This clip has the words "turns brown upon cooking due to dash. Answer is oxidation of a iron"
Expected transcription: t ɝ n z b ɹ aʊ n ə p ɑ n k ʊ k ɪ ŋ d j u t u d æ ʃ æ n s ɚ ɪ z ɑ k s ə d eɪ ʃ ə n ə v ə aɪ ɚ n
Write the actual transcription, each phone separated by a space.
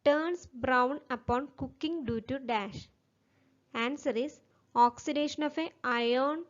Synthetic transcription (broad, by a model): t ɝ n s b ɹ aʊ n ə p ɑ n k ʊ k ɪ ŋ d j u t u d æ ʃ æ n s ɚ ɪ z ɑ k s ə d eɪ ʃ ə n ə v ə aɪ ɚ n